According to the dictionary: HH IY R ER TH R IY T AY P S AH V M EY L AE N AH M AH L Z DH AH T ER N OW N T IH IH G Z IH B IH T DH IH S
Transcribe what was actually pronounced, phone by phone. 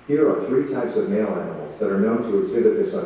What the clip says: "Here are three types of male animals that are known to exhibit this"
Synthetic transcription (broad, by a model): HH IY R ER TH R IY T AY P S AH V M EY L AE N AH M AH L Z DH AH T ER N OW N T IH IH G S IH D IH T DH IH S